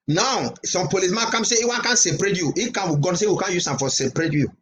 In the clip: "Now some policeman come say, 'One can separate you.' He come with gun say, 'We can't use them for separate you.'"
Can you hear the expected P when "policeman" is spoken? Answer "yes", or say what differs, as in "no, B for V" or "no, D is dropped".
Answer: yes